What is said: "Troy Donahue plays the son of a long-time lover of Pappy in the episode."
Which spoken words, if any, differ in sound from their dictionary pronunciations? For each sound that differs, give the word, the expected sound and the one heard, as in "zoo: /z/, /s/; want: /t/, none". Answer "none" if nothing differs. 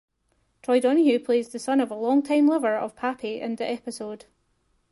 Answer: none